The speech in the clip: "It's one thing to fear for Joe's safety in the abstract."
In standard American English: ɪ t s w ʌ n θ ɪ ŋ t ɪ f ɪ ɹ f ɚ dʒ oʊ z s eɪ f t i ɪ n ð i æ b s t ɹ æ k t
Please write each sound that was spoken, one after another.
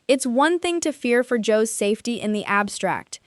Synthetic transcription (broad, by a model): ɪ t s w ʌ n θ ɪ ŋ t ɪ f ɪ ɹ f ɚ dʒ oʊ z s eɪ f t i ɪ n ð i æ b s t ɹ æ k t